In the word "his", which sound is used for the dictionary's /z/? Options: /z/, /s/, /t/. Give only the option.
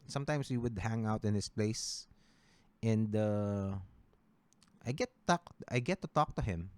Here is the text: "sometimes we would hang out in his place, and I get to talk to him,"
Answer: /s/